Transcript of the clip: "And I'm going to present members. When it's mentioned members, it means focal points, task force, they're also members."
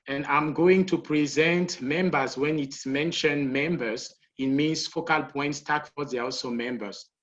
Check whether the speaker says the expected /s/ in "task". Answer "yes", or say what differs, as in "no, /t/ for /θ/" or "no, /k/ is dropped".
no, /s/ is dropped